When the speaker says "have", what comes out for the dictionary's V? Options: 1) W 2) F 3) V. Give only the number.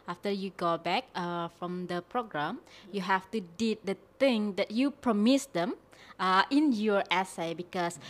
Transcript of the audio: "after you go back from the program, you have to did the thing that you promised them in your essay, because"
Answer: 2